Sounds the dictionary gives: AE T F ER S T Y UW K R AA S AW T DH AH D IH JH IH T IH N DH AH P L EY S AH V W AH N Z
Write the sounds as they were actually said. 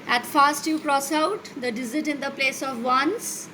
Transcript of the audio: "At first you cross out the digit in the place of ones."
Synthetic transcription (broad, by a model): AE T F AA S T Y UW K R AA S AW T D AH D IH Z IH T IH N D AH P L EY S AH V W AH N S